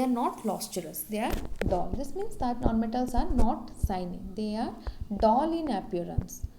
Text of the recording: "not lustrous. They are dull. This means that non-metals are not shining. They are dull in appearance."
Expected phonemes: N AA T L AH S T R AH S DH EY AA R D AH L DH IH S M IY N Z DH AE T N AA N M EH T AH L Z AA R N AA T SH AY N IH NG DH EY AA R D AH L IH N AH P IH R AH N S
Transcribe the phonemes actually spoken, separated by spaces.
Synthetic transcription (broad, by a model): N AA T L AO S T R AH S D EY AA R D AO L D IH S M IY N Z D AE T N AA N M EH T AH L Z AA R N AA T S AY N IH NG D EY AA R D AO L IH N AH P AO R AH N S